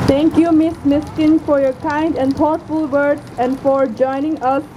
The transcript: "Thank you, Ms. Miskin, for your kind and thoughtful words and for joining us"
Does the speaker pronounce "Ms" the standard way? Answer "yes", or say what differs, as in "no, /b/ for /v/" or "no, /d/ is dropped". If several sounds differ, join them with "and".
no, /s/ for /z/